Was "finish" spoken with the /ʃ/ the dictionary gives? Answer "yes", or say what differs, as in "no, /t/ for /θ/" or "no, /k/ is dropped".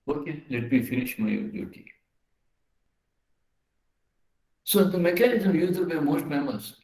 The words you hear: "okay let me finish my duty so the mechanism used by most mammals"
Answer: yes